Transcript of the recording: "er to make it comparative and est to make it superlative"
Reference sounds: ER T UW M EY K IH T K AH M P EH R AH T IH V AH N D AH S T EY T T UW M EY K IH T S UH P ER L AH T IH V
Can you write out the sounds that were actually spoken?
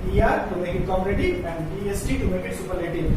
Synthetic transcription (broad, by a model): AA T UW M EY K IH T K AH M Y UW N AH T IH AH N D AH S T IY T T UW M EY K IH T S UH P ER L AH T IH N